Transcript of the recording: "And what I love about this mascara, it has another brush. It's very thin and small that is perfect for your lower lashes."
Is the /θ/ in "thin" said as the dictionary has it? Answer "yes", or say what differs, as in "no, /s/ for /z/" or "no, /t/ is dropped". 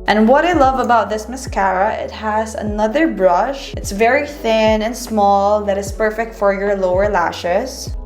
yes